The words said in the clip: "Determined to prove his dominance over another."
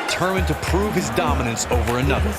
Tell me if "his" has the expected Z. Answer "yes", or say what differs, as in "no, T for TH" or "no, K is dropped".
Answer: yes